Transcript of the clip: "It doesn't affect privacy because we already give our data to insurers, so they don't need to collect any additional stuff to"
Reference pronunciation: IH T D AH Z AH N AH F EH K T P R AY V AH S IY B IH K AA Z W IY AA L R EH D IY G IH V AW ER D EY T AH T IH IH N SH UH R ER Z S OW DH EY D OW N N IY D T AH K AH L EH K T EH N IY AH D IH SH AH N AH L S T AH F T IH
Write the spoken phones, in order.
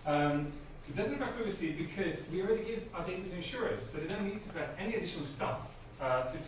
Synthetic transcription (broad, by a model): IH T D AH Z AH N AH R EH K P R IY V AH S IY B IH K AA Z W IY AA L R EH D IY G IH V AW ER D EY T AH T IH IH N SH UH R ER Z S OW DH EY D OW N N IY D T AH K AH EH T EH N IY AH D IH SH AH N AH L S T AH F T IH